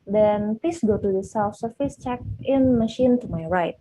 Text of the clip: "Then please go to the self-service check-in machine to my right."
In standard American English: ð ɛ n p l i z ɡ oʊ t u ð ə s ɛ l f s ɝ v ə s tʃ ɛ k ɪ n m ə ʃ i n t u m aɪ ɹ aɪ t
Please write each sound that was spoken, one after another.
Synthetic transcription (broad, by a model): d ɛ n p l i s ɡ oʊ t u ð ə s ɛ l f s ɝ f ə s tʃ ɛ k ɪ n m ə ʃ i n t u m aɪ ɹ aɪ t